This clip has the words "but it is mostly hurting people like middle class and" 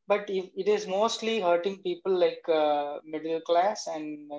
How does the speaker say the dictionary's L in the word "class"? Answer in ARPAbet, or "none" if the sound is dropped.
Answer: L